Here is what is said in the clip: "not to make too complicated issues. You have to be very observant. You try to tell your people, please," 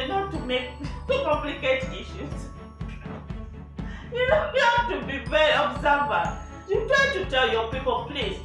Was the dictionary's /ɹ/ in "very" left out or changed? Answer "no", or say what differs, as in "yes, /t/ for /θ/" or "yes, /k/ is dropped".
yes, /ɹ/ is dropped